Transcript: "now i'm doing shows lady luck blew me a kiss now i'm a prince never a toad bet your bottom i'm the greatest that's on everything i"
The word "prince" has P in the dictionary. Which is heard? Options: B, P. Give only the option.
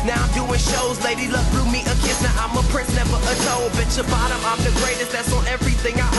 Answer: P